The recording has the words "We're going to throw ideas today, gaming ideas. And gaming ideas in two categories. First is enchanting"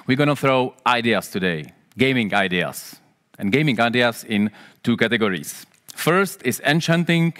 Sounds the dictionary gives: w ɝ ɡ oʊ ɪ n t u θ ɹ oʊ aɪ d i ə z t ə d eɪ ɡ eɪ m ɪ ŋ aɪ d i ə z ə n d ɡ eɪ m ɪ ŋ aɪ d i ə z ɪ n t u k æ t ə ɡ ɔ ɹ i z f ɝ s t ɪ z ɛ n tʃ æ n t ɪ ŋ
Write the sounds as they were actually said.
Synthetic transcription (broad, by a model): w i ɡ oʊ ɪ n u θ ɹ oʊ aɪ d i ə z t ə d eɪ ɡ eɪ m ɪ ŋ aɪ d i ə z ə n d ɡ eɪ m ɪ ŋ aɪ d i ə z ɪ n t u k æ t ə ɡ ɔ ɹ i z f ɝ s t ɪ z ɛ n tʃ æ n t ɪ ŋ